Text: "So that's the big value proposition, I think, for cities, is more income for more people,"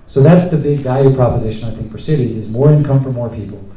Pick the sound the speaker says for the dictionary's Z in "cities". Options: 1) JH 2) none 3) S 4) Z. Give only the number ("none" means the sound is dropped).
4